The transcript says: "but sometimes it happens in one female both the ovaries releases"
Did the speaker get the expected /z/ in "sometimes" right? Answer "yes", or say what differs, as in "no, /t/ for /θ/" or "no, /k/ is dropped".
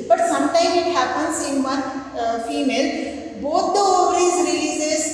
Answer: no, /z/ is dropped